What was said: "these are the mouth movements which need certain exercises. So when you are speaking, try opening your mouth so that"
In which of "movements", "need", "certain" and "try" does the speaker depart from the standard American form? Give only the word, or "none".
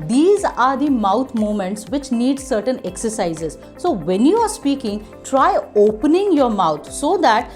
movements